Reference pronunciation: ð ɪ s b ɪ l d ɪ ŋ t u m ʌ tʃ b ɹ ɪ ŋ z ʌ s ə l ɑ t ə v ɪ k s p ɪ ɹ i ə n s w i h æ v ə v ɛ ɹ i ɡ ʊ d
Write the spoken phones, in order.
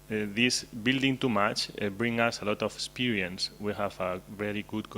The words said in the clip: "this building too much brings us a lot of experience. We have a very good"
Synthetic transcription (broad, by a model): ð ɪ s b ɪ l d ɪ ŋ t u m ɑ tʃ b ɹ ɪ ŋ ʌ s ə l ɑ t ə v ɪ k s p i ɹ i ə n s w i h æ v ə v ɛ ɹ i ɡ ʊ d